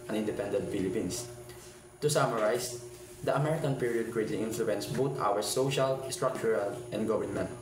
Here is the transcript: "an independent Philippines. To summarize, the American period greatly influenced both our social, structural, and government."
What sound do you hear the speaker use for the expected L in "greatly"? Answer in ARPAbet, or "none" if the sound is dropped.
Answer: none